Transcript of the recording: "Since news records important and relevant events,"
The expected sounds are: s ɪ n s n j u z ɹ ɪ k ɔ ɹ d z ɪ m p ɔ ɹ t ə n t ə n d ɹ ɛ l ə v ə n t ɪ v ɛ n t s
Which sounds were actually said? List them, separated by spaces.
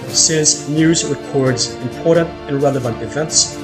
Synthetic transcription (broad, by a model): s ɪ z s n j u z ɹ ɪ k ɔ ɹ d z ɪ m p ɔ ɹ t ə n t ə n ɹ ɛ l ə v ə n t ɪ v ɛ n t s